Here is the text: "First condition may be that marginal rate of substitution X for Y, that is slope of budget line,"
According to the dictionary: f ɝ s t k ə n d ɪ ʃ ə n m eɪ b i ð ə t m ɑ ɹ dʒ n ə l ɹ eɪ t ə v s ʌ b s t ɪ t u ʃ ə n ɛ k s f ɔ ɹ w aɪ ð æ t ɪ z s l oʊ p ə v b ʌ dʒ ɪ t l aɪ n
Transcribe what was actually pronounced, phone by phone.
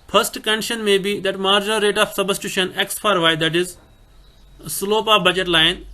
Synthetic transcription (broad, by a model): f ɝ s t k ə n d ɪ ʃ ə n m eɪ b i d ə t m ɑ ɹ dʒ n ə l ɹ eɪ t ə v s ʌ b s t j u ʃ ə n ɛ k s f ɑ ɹ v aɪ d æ t ɪ z s l oʊ p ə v b ʌ dʒ ɪ t l aɪ n